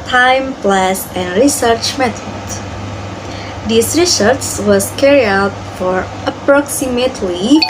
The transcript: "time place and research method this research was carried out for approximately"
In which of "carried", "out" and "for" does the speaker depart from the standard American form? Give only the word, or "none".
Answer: carried